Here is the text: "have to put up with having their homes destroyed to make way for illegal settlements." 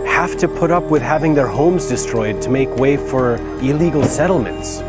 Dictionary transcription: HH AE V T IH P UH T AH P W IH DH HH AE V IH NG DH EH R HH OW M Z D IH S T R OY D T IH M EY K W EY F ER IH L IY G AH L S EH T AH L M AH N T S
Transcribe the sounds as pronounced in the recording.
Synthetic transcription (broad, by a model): HH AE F T IH P UH T AH P W IH DH HH AE V IH NG DH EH R HH OW M Z D IH S T R OY D T IH M EY K W EY F ER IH L IY G L S EH T L M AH N T S